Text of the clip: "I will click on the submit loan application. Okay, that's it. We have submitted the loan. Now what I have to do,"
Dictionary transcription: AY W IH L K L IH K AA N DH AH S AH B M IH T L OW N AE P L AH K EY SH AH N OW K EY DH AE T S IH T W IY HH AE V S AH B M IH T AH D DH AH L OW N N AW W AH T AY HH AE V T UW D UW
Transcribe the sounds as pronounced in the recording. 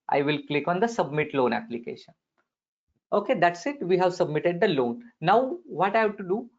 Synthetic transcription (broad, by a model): AY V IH L K L IH K AA N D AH S AH B M IH T L OW N AE P L AH K EY SH AH N OW K EY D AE T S IH T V IY HH AE V S AH B M IH T AH D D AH L OW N N AW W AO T AY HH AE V T UW D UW